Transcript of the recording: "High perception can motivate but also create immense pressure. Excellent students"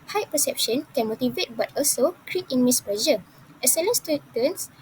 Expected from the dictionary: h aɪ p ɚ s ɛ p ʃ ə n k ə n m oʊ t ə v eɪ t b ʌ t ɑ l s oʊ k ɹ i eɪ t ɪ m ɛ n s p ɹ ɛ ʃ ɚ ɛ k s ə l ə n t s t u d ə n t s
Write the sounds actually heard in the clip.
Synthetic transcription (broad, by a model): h aɪ p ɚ s ɛ p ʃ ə n k ə n m oʊ t ə v eɪ t b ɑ t ɑ l s oʊ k ɹ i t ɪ m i s p l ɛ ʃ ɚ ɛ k s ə l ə n s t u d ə n s